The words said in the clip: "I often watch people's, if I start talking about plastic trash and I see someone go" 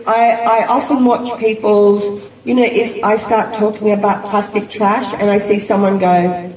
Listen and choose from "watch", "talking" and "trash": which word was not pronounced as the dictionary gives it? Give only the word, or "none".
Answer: none